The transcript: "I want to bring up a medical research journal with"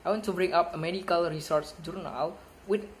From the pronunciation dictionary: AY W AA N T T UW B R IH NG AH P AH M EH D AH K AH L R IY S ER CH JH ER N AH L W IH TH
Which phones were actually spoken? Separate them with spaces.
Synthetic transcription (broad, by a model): AY W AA N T T UW B R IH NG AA P AH M EH D AH K AH L R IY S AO S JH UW N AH L W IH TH